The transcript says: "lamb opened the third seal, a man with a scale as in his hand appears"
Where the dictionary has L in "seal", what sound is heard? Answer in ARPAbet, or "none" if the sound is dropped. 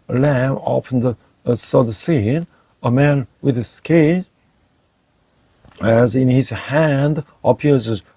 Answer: N